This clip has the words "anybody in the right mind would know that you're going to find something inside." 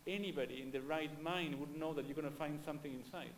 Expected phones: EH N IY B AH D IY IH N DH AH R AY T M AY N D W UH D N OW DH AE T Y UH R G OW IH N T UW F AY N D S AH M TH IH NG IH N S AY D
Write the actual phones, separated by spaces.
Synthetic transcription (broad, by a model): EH N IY B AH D IY IH N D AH R AY T M AY N D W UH D N OW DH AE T Y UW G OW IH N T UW F AY N D S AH M T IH NG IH N S AY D